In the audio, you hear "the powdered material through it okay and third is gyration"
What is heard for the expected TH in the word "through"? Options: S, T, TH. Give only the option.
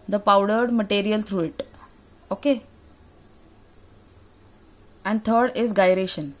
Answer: T